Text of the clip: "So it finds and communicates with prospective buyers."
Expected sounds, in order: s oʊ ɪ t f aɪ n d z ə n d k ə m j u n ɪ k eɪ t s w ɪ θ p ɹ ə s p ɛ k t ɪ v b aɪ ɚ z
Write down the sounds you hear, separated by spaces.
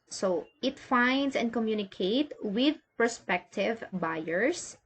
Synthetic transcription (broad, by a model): s oʊ ɪ t f aɪ n d s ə n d k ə m j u n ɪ k eɪ t w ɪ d p ɹ s p ɛ k t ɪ v b aɪ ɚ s